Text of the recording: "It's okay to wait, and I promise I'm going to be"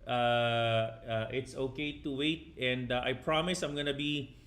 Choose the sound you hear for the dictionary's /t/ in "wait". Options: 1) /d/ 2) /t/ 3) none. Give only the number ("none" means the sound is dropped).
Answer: 2